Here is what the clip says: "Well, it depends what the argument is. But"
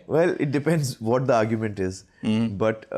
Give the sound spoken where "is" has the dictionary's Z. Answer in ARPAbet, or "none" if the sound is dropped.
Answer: Z